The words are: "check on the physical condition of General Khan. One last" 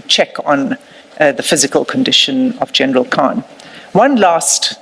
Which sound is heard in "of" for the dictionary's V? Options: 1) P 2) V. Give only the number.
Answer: 2